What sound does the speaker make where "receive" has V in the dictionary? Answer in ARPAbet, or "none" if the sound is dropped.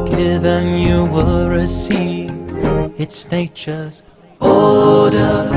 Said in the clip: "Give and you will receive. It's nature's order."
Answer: none